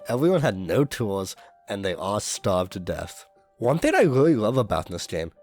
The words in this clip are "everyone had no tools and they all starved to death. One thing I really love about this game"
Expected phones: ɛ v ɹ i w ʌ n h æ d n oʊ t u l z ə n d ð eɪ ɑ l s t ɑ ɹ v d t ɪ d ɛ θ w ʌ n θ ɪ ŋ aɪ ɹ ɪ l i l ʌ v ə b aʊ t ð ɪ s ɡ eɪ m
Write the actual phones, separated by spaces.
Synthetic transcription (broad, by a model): ɛ v ɹ i w ʌ n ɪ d n oʊ t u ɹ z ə n ð eɪ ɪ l s t ɑ ɹ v t ɪ d ɛ θ w ʌ n θ ɪ ŋ aɪ ɹ ɪ l i l ʌ v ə b aʊ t ð ɪ s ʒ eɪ m